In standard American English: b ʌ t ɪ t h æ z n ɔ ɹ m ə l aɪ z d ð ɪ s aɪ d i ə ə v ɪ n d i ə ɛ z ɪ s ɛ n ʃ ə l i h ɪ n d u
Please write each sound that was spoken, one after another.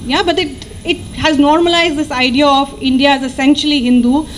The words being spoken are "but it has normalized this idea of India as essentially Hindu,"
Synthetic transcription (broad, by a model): b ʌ t ɪ t h æ z n ɔ ɹ m ə l aɪ z d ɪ s aɪ d i ə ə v ɪ n d i ə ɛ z ɪ s ɛ n ʃ ə l i h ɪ n d u